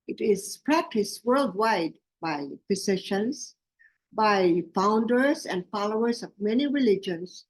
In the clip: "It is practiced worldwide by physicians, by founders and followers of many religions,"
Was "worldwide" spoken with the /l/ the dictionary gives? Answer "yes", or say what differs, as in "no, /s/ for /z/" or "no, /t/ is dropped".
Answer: yes